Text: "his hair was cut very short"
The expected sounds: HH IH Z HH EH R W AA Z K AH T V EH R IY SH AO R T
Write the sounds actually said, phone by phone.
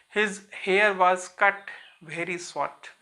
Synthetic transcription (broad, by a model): HH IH Z HH EH R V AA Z K AH T V EH R IY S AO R T